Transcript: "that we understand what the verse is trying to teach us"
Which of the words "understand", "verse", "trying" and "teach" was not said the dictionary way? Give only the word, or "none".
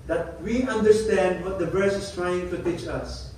none